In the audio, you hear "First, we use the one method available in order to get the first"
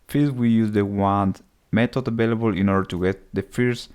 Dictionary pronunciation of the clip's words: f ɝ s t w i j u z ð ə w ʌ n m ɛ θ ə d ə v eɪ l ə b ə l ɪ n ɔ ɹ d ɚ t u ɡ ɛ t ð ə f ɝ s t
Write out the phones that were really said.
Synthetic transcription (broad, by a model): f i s w i j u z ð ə w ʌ n m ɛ t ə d ə v eɪ l ə b ə l ɪ n ɔ ɹ d ɚ t u ɡ ɛ t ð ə f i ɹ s